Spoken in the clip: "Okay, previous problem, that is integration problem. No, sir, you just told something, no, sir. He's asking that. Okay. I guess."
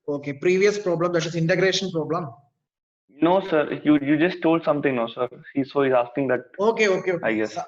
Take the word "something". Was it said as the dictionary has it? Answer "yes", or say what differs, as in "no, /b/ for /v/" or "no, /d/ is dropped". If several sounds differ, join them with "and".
no, /t/ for /θ/